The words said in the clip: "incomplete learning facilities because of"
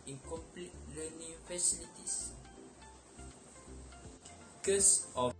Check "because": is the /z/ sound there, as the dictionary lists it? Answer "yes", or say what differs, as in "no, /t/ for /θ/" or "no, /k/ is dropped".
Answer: no, /s/ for /z/